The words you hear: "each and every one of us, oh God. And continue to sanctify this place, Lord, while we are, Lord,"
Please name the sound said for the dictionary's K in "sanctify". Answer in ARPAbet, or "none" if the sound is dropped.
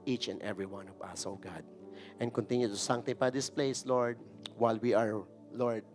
none